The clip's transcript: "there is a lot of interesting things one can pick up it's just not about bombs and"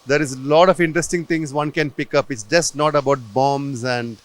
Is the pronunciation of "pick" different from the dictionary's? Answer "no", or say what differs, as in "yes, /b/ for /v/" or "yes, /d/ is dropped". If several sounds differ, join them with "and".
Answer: no